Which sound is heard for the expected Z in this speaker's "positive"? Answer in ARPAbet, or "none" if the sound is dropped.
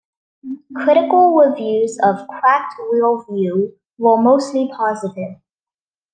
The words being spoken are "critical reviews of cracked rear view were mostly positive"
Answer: Z